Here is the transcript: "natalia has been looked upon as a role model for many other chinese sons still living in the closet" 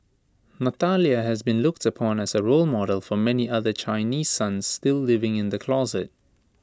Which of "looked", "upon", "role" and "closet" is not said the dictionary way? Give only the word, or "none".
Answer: none